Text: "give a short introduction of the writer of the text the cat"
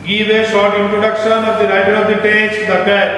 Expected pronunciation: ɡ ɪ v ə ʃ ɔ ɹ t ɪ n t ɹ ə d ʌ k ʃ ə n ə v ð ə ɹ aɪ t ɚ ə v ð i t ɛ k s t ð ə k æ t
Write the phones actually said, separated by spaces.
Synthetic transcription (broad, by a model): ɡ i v ə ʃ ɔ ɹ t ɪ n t ɹ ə d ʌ k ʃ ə n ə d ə ɹ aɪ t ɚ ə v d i t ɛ s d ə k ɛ